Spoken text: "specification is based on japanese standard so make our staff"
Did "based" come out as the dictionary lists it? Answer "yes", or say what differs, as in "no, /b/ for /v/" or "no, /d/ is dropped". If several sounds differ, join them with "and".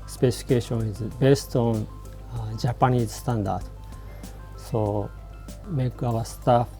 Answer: yes